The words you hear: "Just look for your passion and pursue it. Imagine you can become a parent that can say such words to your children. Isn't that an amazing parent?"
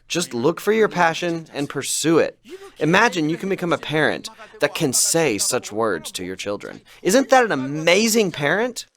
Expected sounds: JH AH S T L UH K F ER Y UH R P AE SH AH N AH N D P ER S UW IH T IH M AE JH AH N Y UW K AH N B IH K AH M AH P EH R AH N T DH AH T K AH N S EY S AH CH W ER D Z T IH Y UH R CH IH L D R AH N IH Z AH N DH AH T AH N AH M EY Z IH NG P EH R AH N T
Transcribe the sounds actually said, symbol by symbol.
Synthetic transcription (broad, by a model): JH AH S T L UH K F ER Y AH R P AE SH AH N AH N P ER S UW IH T IH M AE JH AH N Y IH K N B IH K AH M AH P EH R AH N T DH AH T K AH N S EY S AH CH W ER D Z T IH Y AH R CH IH L D R AH N IH Z AH N DH AH T AH N AH M EY Z IH NG P EH R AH N T